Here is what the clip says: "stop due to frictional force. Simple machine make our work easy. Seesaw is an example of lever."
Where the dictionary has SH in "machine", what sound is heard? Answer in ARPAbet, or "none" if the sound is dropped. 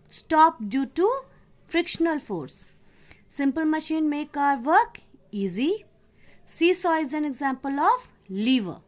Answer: SH